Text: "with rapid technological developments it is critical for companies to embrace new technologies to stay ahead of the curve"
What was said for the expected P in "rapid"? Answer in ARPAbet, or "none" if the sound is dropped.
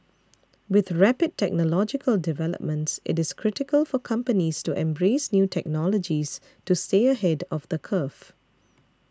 P